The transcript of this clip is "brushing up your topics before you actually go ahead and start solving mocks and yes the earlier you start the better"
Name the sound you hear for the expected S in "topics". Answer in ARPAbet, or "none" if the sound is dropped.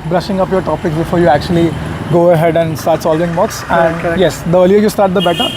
S